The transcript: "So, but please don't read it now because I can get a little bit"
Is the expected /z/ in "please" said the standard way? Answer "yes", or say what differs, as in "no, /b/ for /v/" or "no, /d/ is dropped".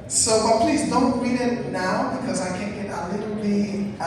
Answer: yes